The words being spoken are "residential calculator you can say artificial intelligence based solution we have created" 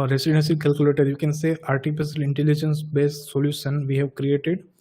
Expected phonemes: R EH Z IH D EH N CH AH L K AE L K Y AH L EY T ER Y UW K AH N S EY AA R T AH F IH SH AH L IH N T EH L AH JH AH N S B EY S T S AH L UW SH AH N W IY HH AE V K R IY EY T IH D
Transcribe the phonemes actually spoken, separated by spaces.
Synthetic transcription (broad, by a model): R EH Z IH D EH N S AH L K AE L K Y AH L EY T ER Y UW K AH N S EY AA R T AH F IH S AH L IH N T EH L AH JH AH N S B EY S T S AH L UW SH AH N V IY HH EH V K R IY EY T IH D